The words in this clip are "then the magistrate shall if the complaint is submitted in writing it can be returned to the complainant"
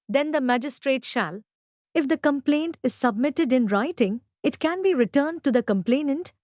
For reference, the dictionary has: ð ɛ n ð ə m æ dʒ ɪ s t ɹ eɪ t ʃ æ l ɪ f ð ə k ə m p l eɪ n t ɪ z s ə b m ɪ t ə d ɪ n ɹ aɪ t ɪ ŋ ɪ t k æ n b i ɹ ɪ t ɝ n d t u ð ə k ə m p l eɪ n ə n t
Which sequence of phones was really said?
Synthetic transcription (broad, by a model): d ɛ n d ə m æ dʒ ɪ s t ɹ eɪ t ʃ æ l ɪ f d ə k ə m p l eɪ n t ɪ z s ə b m ɪ t ə d ɪ n ɹ aɪ t ɪ ŋ ɪ t k æ n b i ɹ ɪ t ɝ n d t u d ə k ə m p l eɪ n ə n t